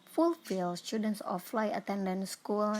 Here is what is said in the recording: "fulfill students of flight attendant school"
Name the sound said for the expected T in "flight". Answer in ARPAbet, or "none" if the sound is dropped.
none